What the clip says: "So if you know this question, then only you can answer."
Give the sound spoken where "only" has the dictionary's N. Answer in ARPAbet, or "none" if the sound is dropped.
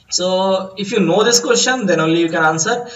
none